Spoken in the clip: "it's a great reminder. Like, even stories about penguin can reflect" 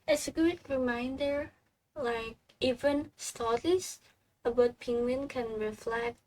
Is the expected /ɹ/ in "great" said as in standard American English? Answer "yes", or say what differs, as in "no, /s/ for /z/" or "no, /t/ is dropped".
no, /ɹ/ is dropped